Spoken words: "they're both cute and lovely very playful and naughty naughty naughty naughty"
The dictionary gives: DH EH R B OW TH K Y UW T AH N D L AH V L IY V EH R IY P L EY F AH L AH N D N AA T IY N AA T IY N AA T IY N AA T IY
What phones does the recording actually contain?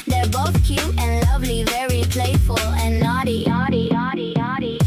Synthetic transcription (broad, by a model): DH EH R B OW TH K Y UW AH N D L AH V L IY V EH R IY P L EY F AH L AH N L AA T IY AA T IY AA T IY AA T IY